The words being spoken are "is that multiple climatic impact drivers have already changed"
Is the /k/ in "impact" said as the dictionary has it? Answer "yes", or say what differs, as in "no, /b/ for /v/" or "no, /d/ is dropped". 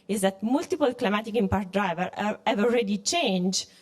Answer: no, /k/ is dropped